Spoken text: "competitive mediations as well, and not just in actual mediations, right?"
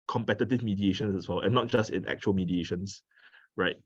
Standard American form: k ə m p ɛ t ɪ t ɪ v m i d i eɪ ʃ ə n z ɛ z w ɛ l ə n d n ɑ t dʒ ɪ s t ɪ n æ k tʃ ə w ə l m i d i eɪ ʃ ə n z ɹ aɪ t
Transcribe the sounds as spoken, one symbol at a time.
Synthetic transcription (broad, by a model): k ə m p ɛ t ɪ t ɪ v m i d i eɪ ʃ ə n s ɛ s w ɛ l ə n n ɑ t dʒ ɪ s t ɪ n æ k tʃ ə ə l m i d i eɪ ʃ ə n s ɹ aɪ t